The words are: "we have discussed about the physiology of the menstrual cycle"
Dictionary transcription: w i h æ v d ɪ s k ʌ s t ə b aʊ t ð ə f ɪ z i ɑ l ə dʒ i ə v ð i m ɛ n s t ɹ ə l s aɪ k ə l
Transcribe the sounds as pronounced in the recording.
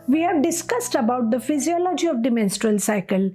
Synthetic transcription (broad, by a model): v i h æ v d ɪ s k ʌ s t ə b aʊ t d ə f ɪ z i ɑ l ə dʒ i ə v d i m ɛ n s t ɹ ə l s aɪ k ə l